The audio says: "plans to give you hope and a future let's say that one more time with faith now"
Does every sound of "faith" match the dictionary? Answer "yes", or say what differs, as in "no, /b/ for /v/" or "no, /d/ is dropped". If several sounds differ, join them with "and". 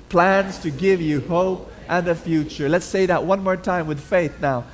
yes